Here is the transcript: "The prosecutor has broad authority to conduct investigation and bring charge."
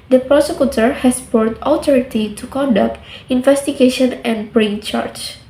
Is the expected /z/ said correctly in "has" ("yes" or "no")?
no